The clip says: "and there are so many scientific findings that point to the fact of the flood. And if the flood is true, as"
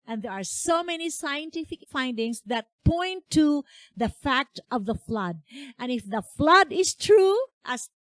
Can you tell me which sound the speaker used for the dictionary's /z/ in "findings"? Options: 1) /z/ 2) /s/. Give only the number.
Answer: 2